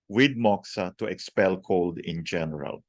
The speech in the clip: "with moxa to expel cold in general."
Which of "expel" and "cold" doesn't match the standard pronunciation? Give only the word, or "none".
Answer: none